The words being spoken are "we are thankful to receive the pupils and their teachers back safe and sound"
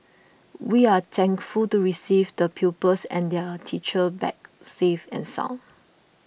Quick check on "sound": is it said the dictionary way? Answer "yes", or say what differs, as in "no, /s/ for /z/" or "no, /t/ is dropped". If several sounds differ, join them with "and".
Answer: no, /d/ is dropped